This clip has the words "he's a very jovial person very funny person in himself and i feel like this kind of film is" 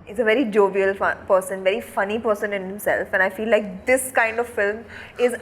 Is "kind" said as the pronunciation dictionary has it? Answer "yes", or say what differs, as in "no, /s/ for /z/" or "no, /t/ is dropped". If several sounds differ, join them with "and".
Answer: yes